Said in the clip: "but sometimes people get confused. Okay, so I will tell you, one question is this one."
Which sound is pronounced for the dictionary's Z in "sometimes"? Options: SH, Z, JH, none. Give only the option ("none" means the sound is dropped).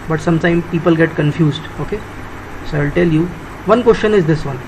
none